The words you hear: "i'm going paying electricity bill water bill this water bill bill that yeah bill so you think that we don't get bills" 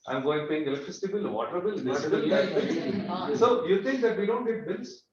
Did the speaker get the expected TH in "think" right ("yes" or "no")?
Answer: no